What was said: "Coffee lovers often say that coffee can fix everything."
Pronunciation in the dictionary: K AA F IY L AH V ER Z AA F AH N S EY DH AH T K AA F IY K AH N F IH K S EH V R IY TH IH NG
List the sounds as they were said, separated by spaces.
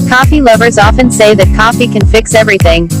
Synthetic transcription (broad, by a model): K AA F IY L AH V ER Z AA F AH N S EY DH AH T K AA F IY K AH N F IH K S EH V R IY TH IH NG